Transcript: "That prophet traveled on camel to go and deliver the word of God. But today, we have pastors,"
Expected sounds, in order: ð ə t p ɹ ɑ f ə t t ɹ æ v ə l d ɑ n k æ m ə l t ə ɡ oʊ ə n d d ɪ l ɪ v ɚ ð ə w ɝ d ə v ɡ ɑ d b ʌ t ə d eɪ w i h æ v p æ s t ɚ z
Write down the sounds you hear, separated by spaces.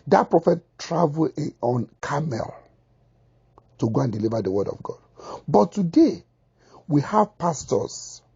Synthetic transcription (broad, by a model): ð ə t p ɹ ɑ f ə t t ɹ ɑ v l ɑ n k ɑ m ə l t ə ɡ oʊ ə n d d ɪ l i v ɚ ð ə w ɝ d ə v ɡ ɑ d b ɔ t ə d eɪ w i h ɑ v p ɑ s t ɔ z